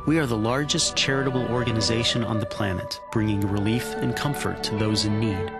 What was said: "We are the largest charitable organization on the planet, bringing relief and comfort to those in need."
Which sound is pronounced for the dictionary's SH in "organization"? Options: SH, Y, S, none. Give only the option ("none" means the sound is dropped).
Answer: SH